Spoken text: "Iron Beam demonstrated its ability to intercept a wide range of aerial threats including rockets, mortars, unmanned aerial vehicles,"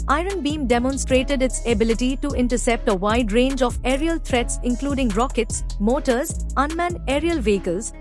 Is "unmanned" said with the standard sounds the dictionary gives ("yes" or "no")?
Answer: no